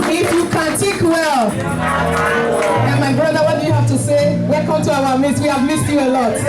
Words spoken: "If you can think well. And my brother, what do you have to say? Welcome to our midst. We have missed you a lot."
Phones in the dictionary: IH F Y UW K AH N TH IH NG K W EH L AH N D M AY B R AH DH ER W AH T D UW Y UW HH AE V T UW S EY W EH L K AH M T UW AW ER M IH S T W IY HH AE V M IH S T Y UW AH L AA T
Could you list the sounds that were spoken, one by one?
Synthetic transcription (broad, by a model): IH F Y UW K AH N T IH K W EH L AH N M AY B R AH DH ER W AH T D UW Y UW HH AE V T UW S EY W EH L K AH M T UW AW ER M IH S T W IY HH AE V M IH S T Y UW AH L AA T